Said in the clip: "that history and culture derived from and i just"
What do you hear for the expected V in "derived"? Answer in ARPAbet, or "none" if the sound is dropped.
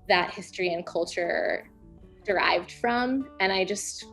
V